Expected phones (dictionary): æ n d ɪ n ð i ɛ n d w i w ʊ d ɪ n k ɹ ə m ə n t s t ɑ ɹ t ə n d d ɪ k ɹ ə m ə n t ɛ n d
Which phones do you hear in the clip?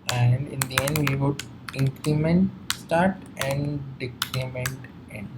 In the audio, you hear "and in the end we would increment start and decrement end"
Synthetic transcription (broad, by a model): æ n d ɪ n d i ɛ n d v i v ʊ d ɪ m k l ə m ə n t s t ɑ ɹ t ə n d d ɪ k l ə m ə n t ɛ n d